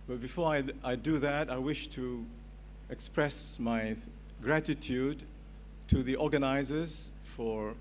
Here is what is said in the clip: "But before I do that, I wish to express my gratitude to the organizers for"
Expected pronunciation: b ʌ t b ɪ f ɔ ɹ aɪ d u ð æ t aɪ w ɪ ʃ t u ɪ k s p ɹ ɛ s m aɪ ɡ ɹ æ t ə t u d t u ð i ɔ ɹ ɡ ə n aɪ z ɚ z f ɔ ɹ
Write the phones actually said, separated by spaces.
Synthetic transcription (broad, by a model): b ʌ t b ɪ f ɔ ɹ aɪ d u ð æ t aɪ w ɪ ʃ t u ɪ k s p ɹ ɛ s m aɪ ɡ ɹ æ t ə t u d t u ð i ɔ ɹ ɡ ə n aɪ z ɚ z f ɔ ɹ